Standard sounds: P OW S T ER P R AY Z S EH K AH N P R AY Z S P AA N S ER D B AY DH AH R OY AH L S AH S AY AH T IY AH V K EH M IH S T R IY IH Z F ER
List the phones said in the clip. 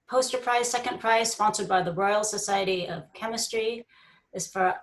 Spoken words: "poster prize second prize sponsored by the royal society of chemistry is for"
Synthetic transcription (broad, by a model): P OW S T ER P R AY Z S EH K AH N P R AY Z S F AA N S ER D B AY DH AH R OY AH L S AH S AY AH T IY AH V K EH M IH S T R IY IH Z F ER